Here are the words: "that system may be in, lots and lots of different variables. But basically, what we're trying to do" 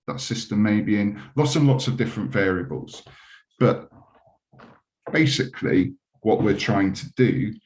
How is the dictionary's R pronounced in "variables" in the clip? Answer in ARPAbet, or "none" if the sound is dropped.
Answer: R